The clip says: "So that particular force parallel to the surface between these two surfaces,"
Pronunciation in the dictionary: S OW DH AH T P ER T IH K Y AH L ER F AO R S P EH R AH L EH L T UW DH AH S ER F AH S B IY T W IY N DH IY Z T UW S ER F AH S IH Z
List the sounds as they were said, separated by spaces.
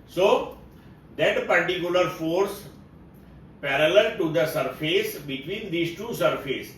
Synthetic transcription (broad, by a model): S OW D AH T P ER T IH K Y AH L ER F AO R S P EH R AH L EH L T UW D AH S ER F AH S B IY T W IY N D IY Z T UW S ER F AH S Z